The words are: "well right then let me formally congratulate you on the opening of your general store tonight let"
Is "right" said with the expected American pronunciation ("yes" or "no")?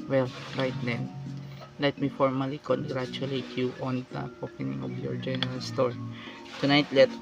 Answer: yes